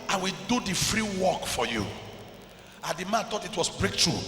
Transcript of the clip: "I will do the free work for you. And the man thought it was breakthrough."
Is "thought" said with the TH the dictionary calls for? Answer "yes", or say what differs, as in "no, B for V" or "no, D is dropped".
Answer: no, T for TH